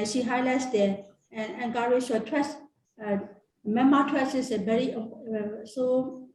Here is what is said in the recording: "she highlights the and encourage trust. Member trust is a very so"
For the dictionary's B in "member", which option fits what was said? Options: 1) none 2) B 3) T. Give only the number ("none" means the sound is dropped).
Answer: 1